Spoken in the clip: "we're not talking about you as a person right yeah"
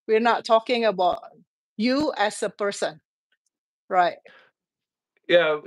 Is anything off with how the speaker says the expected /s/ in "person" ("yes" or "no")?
no